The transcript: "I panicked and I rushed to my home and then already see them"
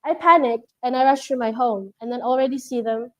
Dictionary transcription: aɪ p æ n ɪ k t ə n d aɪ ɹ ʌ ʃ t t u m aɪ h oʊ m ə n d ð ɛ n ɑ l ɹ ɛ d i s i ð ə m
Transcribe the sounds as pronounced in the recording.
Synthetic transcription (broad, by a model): aɪ p æ n ɪ k t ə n aɪ ɹ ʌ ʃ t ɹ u m aɪ h oʊ m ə n ð ɛ n ɑ l ɹ ɛ d i s i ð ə m